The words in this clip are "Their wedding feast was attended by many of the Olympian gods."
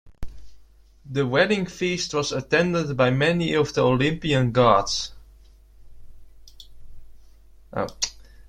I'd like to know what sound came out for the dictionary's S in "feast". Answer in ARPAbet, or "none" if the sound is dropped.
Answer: S